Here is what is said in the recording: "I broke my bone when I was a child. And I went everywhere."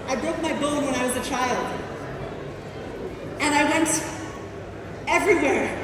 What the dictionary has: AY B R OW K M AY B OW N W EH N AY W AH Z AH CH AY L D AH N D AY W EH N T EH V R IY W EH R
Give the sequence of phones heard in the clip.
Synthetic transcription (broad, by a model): AY B R OW K M AY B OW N W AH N AY W AH Z AH CH AY L D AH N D AY W EH N T EH V R IY W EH R